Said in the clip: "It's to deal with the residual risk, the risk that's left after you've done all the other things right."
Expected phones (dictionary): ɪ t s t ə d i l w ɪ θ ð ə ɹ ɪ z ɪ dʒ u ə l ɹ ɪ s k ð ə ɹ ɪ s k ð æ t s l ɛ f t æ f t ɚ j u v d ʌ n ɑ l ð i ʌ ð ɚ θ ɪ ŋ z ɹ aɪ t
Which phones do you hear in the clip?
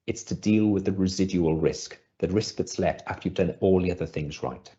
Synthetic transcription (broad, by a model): ɪ t s t ə d i l w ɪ ð ə ɹ ɪ z ɪ dʒ u ə l ɹ ɪ s k ð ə ɹ ɪ s k ð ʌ t s l ɛ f t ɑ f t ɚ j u v d ʌ n ɑ l ð i ʌ ð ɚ θ ɪ ŋ z ɹ aɪ t